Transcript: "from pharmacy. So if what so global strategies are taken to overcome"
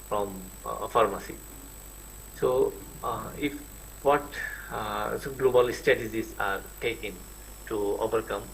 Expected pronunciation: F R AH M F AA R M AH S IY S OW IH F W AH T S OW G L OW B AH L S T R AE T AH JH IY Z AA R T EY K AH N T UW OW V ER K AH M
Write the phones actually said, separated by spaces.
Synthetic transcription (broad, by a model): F R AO M F AA R M AH S IY S OW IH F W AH T S OW G L OW B AH L S T EH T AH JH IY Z AA R T EY K AH N T UW OW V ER K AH M